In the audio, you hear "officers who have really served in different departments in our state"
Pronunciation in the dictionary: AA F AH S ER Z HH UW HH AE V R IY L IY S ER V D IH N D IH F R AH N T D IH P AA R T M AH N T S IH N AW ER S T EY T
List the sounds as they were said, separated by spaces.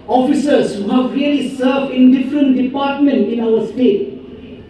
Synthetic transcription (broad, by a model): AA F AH S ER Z HH UW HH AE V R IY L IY S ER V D IH N D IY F R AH N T D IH P AA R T M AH N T IH N AW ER S T EY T